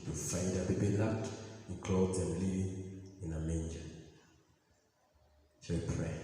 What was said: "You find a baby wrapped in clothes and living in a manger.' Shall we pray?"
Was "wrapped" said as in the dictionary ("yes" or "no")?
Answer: no